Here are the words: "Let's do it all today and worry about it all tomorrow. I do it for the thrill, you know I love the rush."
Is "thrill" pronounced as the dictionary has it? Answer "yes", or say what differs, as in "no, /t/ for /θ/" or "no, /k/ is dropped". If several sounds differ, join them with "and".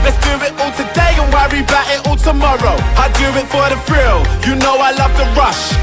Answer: no, /f/ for /θ/